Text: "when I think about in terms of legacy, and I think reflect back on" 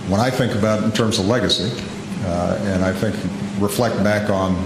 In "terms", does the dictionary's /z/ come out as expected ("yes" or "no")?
yes